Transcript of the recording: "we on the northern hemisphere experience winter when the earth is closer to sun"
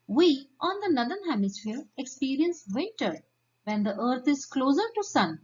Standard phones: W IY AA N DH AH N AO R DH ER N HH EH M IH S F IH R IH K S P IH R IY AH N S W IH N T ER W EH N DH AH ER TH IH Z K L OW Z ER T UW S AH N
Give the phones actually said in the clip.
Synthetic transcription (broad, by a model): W IY AA N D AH N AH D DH ER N HH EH M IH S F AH R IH K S P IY R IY AH N S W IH T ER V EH N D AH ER T IH Z K L OW Z ER T UW S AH N